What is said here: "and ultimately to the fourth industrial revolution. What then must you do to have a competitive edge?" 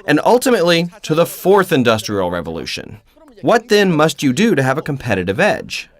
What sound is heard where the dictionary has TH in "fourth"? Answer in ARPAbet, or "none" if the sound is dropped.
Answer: TH